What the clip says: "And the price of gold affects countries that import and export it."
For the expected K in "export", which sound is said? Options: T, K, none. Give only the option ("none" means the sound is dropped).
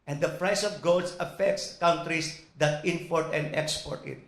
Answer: K